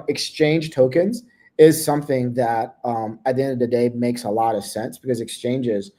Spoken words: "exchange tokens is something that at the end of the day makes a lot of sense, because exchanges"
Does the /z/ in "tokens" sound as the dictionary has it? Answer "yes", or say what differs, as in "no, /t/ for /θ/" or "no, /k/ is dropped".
yes